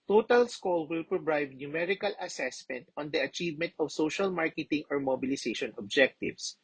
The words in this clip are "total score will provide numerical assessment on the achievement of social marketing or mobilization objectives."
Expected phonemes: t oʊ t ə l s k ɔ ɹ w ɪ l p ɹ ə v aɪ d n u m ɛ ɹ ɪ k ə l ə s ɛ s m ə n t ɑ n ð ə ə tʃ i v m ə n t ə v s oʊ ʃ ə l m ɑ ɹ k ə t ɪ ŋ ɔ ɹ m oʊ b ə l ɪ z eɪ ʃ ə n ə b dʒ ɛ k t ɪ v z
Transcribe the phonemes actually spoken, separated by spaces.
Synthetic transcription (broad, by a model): t oʊ t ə l s k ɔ l w ɪ l p ɹ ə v aɪ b n u m ɛ ɹ ɪ k ə l ə s ɛ s m ə n t ɑ n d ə ə tʃ i v m ə n t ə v s oʊ ʃ ə l m ɑ ɹ k ə t ɪ ŋ ɔ ɹ m oʊ b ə l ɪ s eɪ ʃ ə n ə b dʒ ɛ k t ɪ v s